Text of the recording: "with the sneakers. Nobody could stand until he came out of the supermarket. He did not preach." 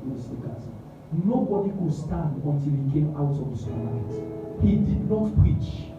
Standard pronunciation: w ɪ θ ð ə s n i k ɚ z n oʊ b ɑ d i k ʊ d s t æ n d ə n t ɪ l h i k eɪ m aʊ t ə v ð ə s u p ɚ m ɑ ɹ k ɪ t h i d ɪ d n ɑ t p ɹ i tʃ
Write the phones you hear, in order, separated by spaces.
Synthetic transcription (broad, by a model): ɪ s i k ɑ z n oʊ b ɑ d i k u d s t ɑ n d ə n t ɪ l h i k eɪ m aʊ t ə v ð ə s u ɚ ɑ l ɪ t h i d ɪ d n ɑ t p ɹ i tʃ